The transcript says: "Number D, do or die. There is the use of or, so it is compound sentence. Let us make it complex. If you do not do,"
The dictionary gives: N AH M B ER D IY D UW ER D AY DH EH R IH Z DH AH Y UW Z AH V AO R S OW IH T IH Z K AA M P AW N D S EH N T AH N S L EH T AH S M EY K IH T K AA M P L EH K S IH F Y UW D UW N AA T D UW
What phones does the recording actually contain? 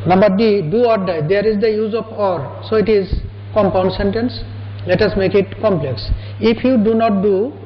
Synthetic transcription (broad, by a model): N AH M B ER D IY D UW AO D AY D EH R IH Z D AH Y UW Z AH P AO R S OW IH T IH Z K AA M P AW N D S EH N T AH N S L EH T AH S M EY K IH T K AA M P L EH K S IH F Y UW D UW N AA T D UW